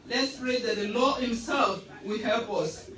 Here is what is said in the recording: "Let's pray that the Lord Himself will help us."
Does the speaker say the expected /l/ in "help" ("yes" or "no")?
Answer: yes